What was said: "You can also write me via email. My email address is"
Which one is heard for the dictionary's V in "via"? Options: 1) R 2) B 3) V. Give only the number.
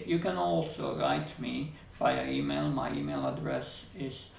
2